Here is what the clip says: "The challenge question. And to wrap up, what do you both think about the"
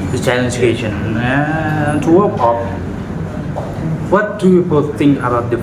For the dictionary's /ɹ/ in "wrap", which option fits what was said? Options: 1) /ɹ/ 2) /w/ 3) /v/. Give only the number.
2